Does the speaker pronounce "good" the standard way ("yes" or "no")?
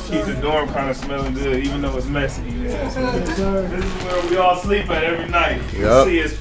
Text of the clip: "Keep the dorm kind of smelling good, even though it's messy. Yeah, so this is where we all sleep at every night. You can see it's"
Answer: no